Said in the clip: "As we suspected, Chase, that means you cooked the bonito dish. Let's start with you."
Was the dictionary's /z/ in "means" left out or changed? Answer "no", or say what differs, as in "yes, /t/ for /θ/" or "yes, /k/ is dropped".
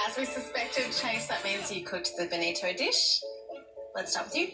no